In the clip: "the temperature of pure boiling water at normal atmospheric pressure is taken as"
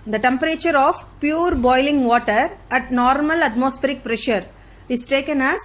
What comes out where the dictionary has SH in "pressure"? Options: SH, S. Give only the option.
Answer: SH